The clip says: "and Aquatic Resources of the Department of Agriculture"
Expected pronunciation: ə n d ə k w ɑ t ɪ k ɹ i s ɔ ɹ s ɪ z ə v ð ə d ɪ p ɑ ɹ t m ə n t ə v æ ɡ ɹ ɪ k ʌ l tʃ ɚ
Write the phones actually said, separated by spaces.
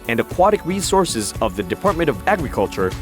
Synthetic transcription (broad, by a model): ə n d ə k w ɑ t ɪ k ɹ i s ɔ ɹ s ɪ z ə v ð ə d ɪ p ɑ ɹ t m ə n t ə v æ ɡ ɹ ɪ k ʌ l tʃ ɚ